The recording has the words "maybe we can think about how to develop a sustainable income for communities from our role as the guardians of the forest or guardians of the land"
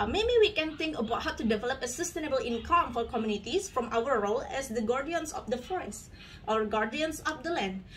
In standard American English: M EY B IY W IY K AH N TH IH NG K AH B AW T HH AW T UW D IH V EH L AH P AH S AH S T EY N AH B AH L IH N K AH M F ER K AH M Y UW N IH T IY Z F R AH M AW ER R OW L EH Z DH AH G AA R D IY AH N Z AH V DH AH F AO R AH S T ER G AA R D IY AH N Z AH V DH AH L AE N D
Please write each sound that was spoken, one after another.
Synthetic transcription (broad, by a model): M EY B IY W IY K AH N T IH NG K AH B AW T HH AW T UW D IH V EH L AH P AH S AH S T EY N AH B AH L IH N K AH M F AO K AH M Y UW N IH T IY S F R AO M AW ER R OW L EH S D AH G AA R D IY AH N S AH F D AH F AO R AH S T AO G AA R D IY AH N S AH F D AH L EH N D